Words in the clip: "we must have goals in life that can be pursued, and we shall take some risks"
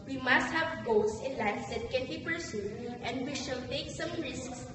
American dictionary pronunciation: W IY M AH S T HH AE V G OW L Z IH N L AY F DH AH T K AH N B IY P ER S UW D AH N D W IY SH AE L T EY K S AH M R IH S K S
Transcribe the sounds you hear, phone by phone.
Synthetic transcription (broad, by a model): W IY M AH S T HH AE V G OW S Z IH N L AY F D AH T K AH N B IY P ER S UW AH N D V IY SH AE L T EY K S AH M R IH S K S